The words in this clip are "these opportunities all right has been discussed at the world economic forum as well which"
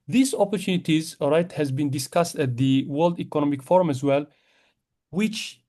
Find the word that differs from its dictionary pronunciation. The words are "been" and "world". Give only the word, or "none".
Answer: none